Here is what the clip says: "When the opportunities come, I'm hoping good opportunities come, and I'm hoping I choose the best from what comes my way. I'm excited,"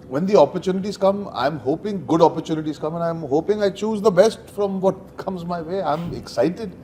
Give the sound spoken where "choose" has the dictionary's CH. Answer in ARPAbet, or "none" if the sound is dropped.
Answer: CH